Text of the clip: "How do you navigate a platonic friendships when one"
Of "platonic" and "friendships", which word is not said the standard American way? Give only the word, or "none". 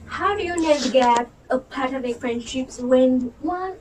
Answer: platonic